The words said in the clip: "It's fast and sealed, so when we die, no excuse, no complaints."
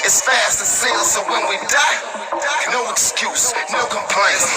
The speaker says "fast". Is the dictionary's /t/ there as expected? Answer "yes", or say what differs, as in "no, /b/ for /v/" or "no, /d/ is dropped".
yes